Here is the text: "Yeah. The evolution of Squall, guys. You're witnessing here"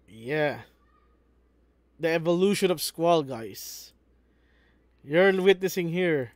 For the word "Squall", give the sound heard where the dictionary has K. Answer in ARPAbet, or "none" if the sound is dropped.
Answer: K